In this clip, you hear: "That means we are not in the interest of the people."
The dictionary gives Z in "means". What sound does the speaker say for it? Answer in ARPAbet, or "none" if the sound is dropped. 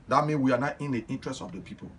none